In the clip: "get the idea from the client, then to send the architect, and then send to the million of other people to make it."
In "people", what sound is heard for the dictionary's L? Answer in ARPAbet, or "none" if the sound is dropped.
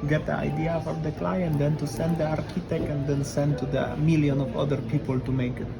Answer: L